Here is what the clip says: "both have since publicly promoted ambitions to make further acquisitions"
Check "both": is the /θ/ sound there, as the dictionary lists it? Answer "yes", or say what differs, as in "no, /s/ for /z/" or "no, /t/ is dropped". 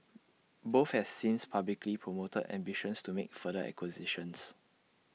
no, /f/ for /θ/